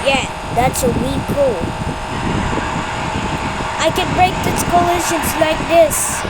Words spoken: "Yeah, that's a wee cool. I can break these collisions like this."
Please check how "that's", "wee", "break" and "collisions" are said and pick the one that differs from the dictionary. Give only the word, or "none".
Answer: collisions